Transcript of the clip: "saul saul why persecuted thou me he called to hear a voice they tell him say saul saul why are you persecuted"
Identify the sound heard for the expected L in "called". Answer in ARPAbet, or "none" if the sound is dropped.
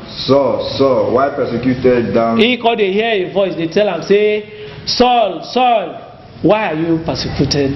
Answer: none